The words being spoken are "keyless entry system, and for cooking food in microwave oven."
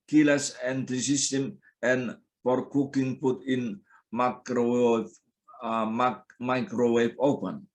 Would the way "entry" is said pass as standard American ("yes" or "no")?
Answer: no